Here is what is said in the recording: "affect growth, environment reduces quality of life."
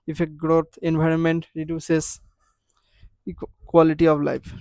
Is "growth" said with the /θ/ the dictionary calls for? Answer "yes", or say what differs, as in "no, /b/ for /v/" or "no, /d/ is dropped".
no, /t/ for /θ/